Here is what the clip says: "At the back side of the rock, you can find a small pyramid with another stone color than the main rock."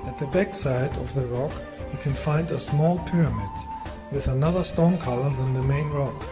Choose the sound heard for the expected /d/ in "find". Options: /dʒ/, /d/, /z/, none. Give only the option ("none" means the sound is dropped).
/d/